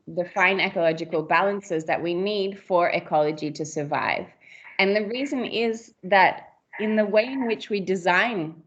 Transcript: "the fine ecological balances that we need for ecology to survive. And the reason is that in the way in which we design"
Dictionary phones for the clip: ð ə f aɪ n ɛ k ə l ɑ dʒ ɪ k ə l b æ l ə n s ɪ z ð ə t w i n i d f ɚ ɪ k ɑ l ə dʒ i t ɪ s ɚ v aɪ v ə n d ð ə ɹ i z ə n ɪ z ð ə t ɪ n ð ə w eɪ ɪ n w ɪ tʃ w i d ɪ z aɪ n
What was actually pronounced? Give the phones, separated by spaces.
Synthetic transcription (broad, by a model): ð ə f aɪ n ɛ k ə l ɑ dʒ ɪ k ə l b æ l ə n s ɪ z ð ə t w i n i d f ɚ ɪ k ɑ l ə dʒ i t ɪ s ɚ v aɪ v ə n ð ə ɹ i z ə n ɪ z ð ə t ɪ n ð ə w eɪ ɪ n w ɪ tʃ w i d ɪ z aɪ n